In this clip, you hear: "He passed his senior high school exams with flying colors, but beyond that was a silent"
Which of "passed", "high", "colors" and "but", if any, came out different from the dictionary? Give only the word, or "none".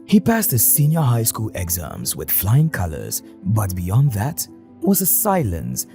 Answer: none